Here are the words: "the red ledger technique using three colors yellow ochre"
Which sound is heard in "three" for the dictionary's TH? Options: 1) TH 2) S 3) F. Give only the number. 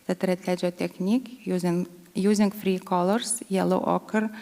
3